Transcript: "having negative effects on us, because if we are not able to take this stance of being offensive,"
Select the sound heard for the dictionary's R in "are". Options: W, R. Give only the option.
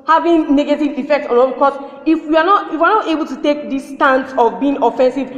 W